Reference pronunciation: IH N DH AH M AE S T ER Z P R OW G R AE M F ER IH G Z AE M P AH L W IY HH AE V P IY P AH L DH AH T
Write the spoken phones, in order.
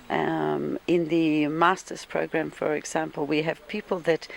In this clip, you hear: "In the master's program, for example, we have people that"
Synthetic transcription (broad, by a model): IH N DH AH M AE S T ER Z P R OW G R AE M F ER IH G Z AE M P AH L W IY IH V P IY P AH L DH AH T